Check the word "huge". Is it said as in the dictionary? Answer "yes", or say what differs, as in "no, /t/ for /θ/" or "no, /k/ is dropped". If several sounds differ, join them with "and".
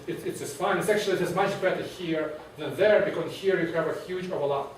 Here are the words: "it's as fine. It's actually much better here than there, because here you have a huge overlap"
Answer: yes